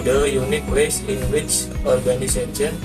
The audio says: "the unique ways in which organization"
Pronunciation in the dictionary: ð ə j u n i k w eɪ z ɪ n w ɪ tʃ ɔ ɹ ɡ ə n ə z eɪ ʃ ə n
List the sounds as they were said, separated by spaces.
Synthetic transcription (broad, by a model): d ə j u n i k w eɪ s ɪ n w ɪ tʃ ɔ ɹ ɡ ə n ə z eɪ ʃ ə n